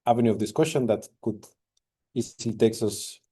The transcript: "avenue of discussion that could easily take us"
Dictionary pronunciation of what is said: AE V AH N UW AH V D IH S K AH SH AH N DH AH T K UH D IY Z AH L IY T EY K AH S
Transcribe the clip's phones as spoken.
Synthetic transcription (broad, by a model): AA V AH N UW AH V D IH S K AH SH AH N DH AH T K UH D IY S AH L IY T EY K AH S